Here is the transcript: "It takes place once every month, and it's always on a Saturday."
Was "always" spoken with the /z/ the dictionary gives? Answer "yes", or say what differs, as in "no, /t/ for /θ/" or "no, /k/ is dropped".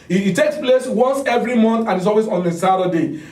no, /s/ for /z/